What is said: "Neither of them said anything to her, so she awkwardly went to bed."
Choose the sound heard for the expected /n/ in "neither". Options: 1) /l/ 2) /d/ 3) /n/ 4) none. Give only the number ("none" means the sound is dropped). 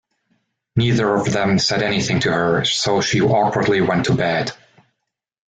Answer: 3